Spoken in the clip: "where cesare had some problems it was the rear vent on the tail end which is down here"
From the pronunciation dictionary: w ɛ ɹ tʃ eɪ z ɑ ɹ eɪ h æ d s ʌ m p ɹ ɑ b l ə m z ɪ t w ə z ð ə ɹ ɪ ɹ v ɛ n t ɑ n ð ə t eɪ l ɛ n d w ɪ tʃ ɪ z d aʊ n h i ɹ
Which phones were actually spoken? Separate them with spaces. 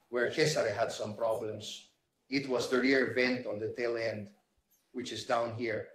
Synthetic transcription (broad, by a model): w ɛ ɹ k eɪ s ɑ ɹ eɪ h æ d s ʌ m p ɹ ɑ b l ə m s ɪ t w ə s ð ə ɹ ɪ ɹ v ɛ n t ɑ n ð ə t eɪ l ɛ n d w ɪ tʃ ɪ s d aʊ n h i ɹ